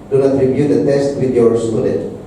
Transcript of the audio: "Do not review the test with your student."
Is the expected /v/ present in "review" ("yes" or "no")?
no